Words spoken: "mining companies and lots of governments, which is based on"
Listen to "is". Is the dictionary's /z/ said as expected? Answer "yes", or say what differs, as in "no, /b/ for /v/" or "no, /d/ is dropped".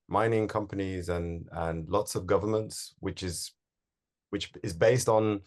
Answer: yes